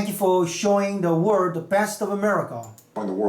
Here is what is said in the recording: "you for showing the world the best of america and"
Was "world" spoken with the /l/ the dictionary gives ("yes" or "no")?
no